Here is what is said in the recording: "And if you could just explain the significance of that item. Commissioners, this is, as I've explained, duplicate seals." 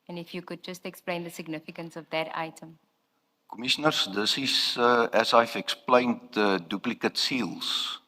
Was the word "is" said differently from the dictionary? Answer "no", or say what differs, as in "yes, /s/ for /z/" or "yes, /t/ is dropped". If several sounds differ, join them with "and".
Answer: yes, /s/ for /z/